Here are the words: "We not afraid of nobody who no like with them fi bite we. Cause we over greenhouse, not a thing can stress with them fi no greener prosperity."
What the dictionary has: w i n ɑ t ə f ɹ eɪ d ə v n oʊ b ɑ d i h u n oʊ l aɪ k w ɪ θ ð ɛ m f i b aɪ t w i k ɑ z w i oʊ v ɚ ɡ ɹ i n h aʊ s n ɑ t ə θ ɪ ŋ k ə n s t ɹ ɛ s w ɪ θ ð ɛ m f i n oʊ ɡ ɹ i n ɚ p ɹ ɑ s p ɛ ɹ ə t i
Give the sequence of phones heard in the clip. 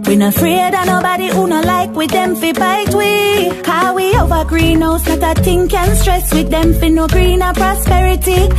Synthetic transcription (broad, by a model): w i n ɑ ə f ɹ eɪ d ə n oʊ b ɑ d i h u n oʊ l aɪ k w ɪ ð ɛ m f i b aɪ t w i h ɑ w i oʊ v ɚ ɡ ɹ i n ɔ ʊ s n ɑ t ə t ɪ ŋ k ə n s t ɹ ɛ s w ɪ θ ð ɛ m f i n oʊ ɡ ɹ i n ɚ p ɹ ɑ s p ɛ ɹ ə t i